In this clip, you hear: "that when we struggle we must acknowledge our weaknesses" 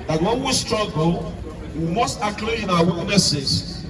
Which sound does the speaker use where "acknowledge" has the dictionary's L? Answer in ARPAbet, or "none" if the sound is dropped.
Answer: none